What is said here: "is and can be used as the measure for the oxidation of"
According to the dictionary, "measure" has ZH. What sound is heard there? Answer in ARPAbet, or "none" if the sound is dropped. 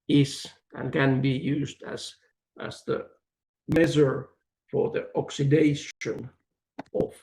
Z